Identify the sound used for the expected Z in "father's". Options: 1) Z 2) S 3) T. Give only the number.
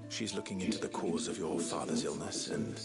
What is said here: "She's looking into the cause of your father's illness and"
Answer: 1